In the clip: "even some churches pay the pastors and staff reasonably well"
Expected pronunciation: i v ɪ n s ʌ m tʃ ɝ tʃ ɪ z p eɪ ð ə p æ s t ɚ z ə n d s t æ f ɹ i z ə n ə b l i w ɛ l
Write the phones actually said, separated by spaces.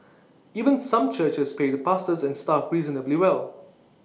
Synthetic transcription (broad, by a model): i v ɪ n s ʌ m tʃ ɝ tʃ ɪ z p eɪ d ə p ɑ s t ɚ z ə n s t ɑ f ɹ i z ə n ə b l i w ɛ l